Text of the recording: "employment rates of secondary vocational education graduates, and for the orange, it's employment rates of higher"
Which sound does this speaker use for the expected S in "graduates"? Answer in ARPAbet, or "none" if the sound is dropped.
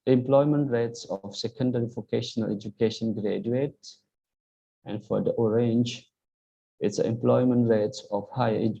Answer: none